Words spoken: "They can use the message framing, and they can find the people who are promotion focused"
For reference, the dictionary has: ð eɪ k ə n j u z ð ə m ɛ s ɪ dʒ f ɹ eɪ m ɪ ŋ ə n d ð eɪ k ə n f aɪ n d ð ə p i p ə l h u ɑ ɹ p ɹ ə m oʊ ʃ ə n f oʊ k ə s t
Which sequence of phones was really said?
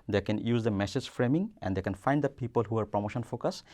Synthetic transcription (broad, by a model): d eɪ k ə n j u z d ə m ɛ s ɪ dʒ f ɹ eɪ m ɪ ŋ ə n d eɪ k ə n f aɪ n d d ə p i p ə l h u ɑ ɹ p ɹ ə m oʊ ʃ ə n f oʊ k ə s